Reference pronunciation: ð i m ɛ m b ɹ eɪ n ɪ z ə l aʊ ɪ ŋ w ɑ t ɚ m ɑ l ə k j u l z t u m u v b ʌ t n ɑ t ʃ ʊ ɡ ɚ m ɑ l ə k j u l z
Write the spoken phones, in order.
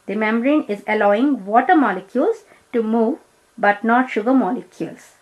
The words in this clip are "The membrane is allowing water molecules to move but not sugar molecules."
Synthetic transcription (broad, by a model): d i m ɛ m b ɹ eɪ n ɪ z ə l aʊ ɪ ŋ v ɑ t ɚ m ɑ l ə k j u l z t u m u v b ʌ t n ɑ t ʃ ʊ ɡ ɚ m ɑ l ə k j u l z